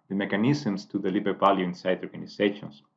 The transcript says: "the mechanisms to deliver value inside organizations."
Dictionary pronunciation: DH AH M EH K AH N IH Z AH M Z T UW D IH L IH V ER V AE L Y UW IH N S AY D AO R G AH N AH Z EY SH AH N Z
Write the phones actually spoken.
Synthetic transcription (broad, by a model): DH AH M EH K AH N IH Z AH M S T UW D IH L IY B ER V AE L Y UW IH N S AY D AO R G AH N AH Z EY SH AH N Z